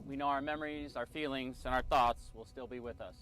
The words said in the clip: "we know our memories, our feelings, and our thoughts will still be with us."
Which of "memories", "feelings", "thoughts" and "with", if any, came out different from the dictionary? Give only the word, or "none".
none